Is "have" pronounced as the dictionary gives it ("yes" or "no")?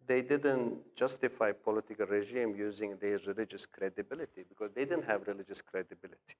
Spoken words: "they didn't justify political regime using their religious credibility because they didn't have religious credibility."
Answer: yes